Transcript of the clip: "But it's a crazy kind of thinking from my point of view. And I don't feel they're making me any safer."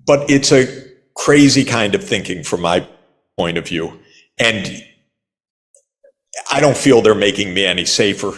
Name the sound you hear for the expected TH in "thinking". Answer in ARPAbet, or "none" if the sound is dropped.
TH